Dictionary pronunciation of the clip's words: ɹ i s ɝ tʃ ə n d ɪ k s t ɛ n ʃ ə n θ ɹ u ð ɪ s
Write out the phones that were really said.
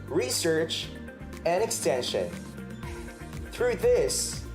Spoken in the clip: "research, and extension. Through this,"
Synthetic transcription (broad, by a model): ɹ i s ɝ tʃ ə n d ɪ k s t ɛ n ʃ ə n θ ɹ u ð ɪ s